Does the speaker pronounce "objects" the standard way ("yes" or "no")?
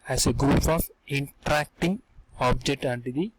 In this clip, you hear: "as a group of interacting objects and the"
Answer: no